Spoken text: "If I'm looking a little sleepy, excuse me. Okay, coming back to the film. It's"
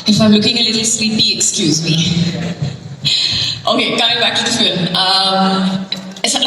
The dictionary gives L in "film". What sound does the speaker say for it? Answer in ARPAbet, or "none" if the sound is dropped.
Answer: N